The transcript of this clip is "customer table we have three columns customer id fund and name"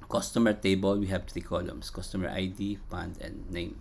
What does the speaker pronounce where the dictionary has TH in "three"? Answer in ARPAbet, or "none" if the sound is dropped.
T